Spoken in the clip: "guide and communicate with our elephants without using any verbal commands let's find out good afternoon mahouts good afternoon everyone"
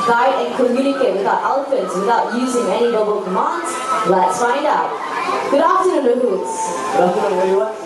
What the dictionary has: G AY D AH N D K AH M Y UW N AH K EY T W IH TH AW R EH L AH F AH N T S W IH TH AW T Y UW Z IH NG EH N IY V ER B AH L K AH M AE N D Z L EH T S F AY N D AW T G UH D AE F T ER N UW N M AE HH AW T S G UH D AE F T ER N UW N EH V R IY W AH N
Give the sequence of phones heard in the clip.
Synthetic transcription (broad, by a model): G AY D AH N K AH M Y UW N AH K EY T W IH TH AW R EH L AH F AH N T S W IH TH AW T Y UW Z IH NG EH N IY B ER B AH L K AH M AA N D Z L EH T S F AY N D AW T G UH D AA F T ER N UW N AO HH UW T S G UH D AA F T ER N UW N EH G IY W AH